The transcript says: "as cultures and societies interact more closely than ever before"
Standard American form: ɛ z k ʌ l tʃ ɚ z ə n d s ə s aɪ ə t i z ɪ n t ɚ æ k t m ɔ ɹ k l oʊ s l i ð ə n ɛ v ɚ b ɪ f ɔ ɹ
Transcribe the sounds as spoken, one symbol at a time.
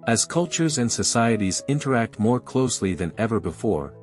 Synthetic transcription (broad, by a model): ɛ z k ʌ l tʃ ɚ z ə n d s ə s aɪ ə t i z ɪ n t ɚ æ k t m ɔ ɹ k l oʊ s l i ð ə n ɛ v ɚ b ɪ f ɔ ɹ